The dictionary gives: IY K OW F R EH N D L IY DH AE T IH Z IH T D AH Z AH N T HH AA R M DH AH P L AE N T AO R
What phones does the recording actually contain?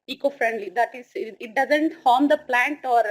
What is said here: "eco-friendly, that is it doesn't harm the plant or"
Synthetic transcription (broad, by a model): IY K OW F R EH N D L IY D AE T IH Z IH T D AH Z AH N T HH AA R M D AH P L AE N T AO R